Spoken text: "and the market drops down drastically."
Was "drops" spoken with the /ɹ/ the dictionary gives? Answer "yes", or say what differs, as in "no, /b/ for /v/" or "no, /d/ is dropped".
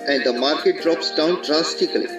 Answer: yes